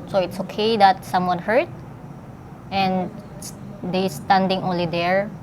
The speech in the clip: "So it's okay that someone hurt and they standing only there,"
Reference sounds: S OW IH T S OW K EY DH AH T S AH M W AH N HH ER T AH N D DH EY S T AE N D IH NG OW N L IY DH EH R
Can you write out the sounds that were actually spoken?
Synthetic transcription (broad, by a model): S OW IH T S OW K EY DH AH T S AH M W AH N HH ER T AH N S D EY S T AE N D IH NG OW N L IY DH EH R